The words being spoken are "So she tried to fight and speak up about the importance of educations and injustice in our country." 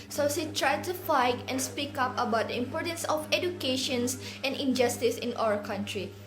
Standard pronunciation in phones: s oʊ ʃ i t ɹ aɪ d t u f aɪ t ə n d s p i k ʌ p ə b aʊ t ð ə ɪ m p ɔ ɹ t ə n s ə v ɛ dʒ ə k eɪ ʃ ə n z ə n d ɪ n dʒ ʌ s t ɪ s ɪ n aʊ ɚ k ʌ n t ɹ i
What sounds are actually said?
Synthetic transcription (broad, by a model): s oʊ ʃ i t ɹ aɪ d t u f aɪ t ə n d s p i k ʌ p ə b aʊ t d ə ɪ m p ɔ ɹ t ə n s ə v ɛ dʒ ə k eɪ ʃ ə n s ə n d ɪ n dʒ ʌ s t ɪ s ɪ n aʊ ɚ k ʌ n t ɹ i